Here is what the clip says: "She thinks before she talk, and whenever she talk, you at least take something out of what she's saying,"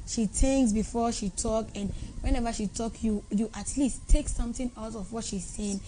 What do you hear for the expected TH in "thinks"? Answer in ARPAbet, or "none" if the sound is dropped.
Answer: T